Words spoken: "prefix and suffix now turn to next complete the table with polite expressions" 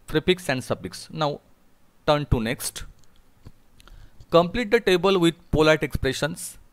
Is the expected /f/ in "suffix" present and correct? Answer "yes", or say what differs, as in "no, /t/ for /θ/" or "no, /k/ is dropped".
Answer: no, /p/ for /f/